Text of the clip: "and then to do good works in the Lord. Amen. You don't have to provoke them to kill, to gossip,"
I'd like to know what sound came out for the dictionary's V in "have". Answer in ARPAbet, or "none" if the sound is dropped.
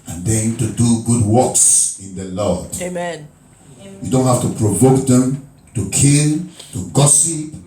F